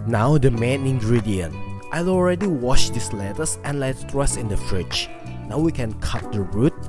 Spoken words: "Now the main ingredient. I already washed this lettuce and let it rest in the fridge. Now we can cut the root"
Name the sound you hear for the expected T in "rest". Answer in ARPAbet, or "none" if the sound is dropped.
none